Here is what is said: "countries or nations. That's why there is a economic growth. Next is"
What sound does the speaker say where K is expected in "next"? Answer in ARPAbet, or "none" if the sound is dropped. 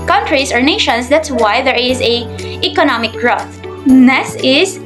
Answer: none